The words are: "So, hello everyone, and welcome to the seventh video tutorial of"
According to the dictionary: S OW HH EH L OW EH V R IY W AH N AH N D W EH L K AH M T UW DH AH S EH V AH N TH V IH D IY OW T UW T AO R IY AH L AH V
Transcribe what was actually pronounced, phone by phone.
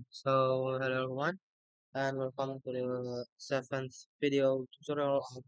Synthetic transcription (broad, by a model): S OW HH EH L OW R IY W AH N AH N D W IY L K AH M T UW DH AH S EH F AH N S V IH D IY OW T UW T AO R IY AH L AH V